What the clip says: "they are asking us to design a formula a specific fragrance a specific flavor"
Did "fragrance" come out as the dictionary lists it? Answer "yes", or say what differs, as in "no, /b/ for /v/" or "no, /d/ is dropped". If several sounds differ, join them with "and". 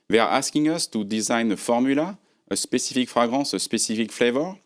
no, /n/ is dropped